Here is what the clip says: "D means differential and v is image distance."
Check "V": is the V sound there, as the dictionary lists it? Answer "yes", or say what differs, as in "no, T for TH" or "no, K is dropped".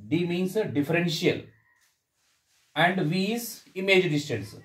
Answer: yes